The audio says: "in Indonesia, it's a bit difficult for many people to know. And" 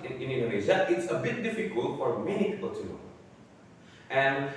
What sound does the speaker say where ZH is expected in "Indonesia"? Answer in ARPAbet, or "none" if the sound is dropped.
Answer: Z